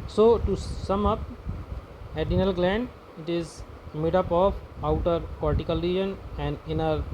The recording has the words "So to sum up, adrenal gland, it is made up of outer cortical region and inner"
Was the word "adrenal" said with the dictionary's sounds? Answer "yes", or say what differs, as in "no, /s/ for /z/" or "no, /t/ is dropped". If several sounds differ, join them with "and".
no, /ɹ/ is dropped